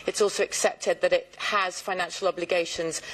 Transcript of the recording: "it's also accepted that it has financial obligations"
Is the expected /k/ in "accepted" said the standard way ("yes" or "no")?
yes